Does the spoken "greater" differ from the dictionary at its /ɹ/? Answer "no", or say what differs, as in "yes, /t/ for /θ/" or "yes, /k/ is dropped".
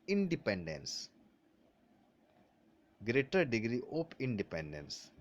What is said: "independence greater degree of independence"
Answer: no